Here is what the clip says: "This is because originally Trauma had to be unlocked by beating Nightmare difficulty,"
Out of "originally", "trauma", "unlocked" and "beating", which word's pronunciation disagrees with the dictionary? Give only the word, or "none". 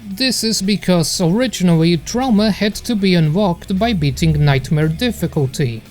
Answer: unlocked